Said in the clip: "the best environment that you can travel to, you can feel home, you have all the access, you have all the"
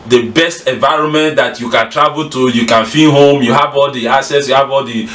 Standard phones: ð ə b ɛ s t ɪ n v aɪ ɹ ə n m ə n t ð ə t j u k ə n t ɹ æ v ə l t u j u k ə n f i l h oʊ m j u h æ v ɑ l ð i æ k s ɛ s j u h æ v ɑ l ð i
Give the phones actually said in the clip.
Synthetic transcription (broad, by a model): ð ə b ɛ s t ɪ n v aɪ ɹ ə n m ə n t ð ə t j u k ə n t ɹ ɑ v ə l t u j u k ə n f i n h oʊ m j u h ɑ v ɑ l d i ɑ s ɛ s j u h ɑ v ɑ l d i